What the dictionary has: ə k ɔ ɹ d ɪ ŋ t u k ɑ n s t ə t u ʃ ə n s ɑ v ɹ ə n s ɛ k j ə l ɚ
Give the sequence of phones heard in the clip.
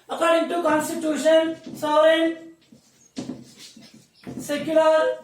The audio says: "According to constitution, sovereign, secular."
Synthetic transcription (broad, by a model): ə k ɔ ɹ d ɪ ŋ t u k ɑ n s t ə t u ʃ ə n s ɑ ɹ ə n s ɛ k j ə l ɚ